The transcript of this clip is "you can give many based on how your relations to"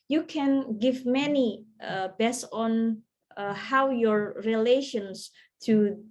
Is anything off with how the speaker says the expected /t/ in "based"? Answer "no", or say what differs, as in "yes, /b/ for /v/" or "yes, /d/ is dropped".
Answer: yes, /t/ is dropped